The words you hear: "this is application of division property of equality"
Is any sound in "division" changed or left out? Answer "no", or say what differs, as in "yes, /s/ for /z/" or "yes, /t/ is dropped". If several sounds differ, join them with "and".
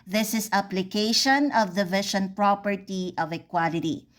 yes, /ʃ/ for /ʒ/